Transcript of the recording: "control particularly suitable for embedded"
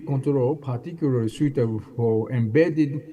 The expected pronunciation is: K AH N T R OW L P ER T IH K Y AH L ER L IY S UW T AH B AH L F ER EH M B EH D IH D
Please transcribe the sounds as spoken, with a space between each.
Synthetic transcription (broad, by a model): K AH N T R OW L P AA T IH K Y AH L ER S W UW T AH AH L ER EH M B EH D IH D